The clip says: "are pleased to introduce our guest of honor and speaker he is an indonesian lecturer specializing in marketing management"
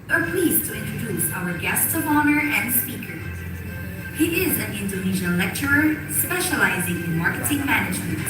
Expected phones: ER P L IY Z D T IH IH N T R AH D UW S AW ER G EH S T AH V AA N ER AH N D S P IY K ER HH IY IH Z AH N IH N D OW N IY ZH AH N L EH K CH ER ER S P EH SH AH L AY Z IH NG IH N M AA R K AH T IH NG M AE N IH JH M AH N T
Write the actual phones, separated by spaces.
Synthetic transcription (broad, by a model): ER P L IY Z T IH IH N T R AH D UW S AW ER G EH S T AH V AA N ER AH N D S P IY K ER HH IY IH Z AH N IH N D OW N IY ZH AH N L EH K CH ER ER S P EH SH AH L AY Z IH NG IH N M AA R K AH T IH NG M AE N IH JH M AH N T